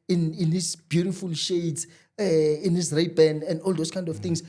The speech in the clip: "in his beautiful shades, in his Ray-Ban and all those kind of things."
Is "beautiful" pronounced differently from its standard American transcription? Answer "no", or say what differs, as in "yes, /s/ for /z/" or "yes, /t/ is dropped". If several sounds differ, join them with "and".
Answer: no